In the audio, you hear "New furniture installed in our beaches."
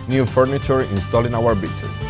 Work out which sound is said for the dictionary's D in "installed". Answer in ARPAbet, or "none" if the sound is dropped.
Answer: none